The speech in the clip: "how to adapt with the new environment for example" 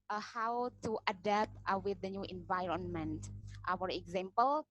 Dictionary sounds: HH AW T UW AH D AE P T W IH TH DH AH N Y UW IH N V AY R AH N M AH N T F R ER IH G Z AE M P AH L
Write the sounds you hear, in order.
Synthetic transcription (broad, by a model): HH AW T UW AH D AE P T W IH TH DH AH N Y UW IH N V AY R AH N M AH N T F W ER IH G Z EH M P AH L